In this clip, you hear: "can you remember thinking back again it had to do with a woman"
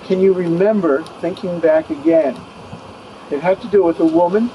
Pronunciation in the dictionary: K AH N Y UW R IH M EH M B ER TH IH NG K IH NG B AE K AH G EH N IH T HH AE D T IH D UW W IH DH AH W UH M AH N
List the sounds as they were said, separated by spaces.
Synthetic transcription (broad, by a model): K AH N Y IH R IH M EH M B ER TH IH NG K IH NG B AE K AH G EH N IH T HH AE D T IH D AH W IH DH AH W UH M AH N